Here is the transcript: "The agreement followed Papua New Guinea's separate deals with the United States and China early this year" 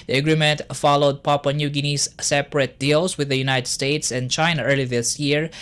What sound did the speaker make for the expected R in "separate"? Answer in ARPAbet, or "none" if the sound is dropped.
R